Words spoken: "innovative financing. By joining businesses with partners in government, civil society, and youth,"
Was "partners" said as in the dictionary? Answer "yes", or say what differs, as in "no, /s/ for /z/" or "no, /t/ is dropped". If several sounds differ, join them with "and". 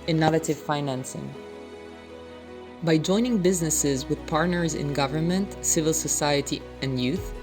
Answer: yes